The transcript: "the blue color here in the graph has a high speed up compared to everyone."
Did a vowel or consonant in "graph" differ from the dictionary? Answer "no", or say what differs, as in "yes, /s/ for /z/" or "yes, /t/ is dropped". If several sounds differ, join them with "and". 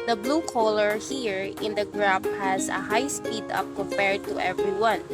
yes, /p/ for /f/